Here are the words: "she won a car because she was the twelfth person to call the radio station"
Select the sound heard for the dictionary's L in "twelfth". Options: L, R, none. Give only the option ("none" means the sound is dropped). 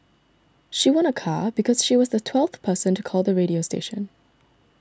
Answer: L